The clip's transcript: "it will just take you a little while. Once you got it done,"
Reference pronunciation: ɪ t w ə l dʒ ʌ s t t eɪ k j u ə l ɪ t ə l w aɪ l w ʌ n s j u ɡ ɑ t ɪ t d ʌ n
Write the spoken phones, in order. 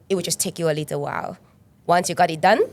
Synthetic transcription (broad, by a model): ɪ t w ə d dʒ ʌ s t t eɪ k j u ə l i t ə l w aɪ l w ʌ n s j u ɡ ɑ t ɪ t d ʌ n